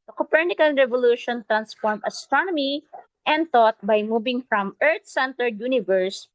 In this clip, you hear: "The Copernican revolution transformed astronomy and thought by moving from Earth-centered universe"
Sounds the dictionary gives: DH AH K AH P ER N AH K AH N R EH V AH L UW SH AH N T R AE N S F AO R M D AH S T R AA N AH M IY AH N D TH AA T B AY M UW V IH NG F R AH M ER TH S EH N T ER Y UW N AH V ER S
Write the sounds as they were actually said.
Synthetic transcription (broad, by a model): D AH K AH P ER N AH K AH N R EH V AH L UW SH AH N T R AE N S F AO R M AH S T R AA N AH M IY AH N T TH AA T B AY M UW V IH NG F R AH M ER T S EH N T ER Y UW N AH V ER S